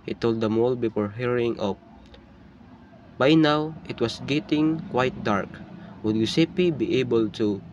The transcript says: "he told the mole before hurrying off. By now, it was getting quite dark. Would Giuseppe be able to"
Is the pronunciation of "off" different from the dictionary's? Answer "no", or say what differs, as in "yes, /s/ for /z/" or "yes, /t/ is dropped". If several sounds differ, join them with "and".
yes, /p/ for /f/